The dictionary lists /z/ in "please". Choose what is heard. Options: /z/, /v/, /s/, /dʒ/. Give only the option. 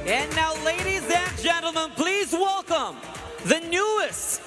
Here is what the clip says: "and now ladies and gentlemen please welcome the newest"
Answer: /z/